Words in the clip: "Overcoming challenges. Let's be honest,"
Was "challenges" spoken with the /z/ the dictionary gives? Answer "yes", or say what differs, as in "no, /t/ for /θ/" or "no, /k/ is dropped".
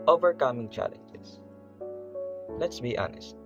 no, /s/ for /z/